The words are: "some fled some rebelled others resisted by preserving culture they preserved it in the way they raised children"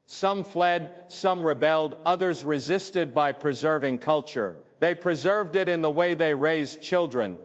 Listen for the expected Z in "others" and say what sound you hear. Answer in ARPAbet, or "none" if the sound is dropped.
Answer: Z